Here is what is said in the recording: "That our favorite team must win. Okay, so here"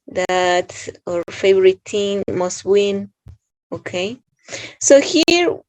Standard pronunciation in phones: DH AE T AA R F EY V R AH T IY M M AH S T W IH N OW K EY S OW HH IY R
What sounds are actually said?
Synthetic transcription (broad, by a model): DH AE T AA R F EY V R AH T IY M M AH S T W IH N OW K EY S OW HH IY R